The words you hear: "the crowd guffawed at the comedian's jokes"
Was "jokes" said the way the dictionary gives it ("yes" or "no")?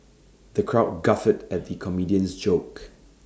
no